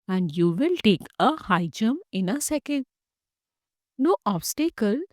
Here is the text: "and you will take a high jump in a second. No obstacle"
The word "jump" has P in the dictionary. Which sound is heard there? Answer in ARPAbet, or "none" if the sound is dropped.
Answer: none